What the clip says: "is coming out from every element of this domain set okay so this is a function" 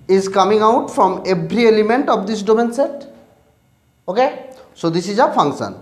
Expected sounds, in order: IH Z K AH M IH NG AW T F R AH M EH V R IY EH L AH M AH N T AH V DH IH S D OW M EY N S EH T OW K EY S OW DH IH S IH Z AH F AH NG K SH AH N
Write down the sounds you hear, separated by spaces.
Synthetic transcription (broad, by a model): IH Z K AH M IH NG AW T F R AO M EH B R IY EH L AH M AH N T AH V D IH S D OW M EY N S EH T OW K EY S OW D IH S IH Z AH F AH NG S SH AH N